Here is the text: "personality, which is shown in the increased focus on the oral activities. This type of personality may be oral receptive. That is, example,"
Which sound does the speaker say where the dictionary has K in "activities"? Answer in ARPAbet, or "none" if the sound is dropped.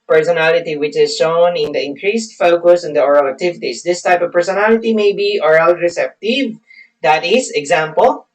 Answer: none